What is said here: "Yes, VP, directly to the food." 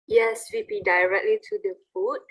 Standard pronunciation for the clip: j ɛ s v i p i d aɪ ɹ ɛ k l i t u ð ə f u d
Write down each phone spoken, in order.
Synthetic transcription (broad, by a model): j ɛ s w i b i d aɪ ɹ ɛ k l i t u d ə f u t